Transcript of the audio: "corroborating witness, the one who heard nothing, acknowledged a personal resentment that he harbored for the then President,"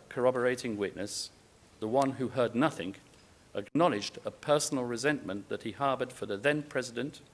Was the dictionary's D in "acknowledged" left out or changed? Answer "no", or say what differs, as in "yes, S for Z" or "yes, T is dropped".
no